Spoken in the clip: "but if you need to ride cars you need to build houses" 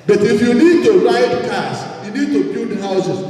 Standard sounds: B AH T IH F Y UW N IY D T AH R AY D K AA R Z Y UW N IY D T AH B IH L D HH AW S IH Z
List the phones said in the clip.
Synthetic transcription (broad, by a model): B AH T IH F Y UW N IY D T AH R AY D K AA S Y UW N IY D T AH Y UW D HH AW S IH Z